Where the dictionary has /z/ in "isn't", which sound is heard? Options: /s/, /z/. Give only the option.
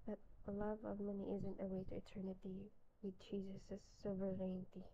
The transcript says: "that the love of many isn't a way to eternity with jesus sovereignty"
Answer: /z/